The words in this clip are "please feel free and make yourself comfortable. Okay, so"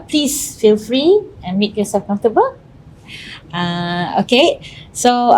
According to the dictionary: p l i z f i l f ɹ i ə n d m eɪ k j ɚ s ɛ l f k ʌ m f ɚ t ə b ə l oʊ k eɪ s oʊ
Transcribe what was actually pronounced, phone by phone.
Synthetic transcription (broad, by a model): p l i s f i l f ɹ i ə n m eɪ k j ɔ s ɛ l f k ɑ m f t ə b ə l oʊ k eɪ s oʊ